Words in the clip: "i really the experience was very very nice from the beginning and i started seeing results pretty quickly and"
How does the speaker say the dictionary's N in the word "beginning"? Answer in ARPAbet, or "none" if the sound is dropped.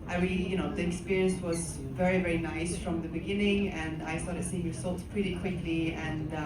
N